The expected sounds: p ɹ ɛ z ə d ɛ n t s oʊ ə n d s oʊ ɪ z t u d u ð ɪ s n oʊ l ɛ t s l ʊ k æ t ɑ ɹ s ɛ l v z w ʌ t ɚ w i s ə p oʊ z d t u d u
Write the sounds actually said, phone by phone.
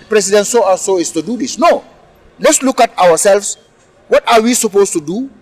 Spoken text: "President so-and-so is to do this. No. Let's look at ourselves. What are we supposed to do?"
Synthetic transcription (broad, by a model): p ɹ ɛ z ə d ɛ n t s oʊ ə s oʊ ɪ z t u d u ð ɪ s n oʊ l ɛ t s l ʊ k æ t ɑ w s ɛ l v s w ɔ t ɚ w i s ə p oʊ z t u d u